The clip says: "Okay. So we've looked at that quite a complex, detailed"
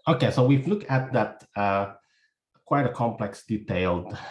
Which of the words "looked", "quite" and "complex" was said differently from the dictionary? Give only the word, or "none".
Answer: looked